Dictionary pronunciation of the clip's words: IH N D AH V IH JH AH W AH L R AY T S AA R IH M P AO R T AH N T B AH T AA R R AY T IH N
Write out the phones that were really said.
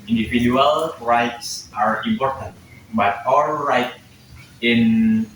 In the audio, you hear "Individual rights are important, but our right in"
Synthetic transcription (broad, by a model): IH N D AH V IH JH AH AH L R AY T S AA R IH M P AO R T AH N T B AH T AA L R AY T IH N